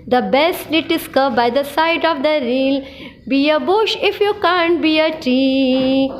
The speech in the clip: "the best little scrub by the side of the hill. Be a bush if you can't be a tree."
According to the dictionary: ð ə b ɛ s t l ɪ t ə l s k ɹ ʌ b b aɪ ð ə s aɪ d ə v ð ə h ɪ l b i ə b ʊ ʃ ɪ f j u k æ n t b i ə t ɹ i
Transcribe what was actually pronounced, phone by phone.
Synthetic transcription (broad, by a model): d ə b ɛ s t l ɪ t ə s k ʌ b b aɪ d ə s aɪ d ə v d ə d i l b i ə b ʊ ʃ ɪ f j u k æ n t b i ə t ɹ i